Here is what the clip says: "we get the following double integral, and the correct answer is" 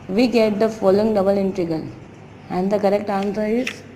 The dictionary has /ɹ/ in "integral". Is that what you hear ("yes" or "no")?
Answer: no